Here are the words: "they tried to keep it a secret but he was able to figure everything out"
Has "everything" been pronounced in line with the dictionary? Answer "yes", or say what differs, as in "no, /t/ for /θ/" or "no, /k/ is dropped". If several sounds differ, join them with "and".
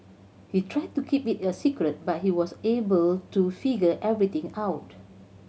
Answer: no, /t/ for /θ/